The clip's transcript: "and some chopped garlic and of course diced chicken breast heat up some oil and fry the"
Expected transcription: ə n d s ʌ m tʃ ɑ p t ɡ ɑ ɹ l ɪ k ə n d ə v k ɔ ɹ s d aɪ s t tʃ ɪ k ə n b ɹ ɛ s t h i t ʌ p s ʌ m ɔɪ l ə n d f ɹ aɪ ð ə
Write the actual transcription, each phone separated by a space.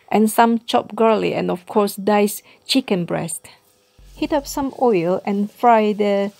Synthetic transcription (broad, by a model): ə n s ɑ m tʃ ɑ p ɡ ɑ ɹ l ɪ ə n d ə f k ɔ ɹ s d aɪ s tʃ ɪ k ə n b ɹ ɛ s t h i t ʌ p s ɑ m ɔɪ l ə n f ɹ aɪ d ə